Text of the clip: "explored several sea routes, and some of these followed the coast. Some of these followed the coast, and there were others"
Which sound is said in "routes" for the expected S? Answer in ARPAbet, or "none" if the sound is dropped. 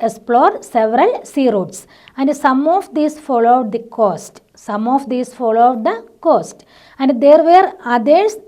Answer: S